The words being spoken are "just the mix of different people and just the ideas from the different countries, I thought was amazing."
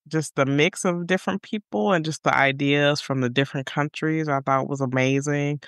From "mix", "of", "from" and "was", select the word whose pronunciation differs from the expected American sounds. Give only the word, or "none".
none